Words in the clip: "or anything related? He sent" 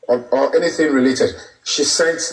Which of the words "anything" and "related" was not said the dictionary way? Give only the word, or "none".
none